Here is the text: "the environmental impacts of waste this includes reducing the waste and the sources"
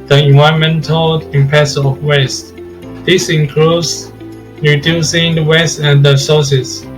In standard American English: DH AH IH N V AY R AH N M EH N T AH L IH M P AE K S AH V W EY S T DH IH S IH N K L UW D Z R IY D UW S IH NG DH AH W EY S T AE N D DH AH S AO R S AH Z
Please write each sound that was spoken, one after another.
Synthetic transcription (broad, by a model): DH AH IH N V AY AH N M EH N T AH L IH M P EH S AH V W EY S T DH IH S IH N K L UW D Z R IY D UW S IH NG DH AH W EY S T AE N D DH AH S AO S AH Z